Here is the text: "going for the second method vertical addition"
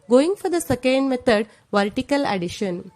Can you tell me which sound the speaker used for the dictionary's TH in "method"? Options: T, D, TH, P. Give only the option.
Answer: T